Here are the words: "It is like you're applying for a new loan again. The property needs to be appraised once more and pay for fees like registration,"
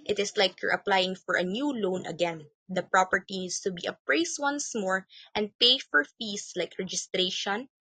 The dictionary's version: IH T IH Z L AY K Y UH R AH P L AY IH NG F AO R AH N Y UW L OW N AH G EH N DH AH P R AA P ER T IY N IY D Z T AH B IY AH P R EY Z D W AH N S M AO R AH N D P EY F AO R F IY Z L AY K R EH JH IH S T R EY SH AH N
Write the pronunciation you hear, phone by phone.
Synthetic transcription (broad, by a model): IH T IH S L AY K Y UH R AH P L AY IH NG F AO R AH N Y UW L OW N AH G EH N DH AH P R AA P ER T IY N IY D S T AH B IY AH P R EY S W AH N S M AO R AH N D P EY F AO R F IY S L AY K R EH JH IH S T R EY SH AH N